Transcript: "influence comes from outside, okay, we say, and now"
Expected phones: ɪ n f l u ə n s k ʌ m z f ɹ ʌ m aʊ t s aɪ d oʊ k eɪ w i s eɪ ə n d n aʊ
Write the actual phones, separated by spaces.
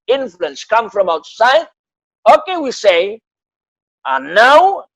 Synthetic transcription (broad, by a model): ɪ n f l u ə n s k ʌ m f ɹ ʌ m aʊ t s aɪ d oʊ k eɪ w i s eɪ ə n n aʊ